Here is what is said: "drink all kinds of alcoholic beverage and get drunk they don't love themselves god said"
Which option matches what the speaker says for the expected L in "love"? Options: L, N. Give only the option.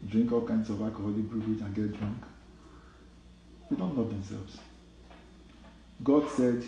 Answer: N